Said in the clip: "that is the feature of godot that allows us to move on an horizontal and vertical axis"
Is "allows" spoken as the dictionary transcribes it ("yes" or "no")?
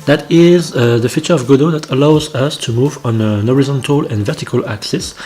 yes